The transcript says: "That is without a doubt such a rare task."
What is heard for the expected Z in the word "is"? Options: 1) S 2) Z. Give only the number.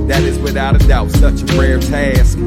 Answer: 2